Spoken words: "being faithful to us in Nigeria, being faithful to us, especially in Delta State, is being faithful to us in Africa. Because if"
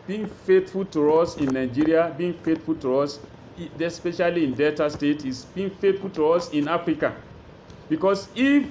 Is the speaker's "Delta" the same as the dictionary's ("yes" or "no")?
no